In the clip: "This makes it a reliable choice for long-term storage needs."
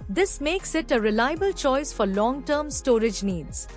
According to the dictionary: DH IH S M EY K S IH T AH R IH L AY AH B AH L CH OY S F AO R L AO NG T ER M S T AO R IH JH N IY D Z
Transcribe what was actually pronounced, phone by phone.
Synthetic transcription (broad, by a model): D IH S M EY K S IH T AH R IH L AY AH B AH L CH OY S F AO R L AO NG T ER M S T AO R IH JH N IY D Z